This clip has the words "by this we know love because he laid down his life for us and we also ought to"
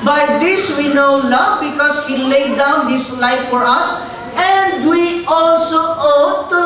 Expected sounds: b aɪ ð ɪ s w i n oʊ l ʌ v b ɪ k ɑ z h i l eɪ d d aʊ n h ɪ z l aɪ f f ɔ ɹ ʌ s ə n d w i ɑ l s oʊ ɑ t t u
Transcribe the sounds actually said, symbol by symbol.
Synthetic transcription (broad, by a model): b aɪ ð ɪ s w i n oʊ l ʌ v b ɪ k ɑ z h i l eɪ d d aʊ n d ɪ s l aɪ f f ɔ ɹ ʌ s ə n d w i ɑ l s oʊ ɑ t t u